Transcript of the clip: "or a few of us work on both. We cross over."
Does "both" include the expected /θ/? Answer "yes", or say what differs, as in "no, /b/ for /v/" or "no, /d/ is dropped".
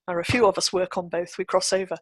yes